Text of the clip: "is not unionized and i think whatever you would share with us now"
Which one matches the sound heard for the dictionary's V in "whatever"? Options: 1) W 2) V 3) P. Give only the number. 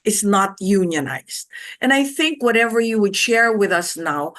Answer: 2